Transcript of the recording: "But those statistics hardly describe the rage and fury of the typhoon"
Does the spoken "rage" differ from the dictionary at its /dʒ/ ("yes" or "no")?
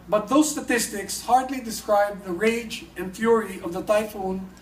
no